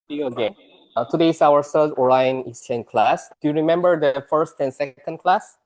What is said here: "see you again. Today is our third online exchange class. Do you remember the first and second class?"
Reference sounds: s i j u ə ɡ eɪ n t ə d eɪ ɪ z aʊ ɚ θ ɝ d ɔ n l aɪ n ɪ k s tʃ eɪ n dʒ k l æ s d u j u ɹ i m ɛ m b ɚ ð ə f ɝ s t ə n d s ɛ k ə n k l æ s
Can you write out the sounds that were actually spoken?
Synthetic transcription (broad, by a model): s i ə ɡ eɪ t ə d eɪ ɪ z aʊ ɚ s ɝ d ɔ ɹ aɪ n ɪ s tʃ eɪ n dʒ k l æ s d u j u ɹ i m ɛ m b ɚ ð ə f ɝ s t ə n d s ɛ k ə n k l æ s